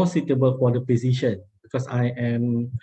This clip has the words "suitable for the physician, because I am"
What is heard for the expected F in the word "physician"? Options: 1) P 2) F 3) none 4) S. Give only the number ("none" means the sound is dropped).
1